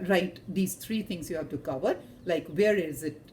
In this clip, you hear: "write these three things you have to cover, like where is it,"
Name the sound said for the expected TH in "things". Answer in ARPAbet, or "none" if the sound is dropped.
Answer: T